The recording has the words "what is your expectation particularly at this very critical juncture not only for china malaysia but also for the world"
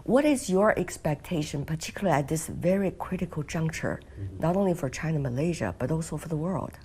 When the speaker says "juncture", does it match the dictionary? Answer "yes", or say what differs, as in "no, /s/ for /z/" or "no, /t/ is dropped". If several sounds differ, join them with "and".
yes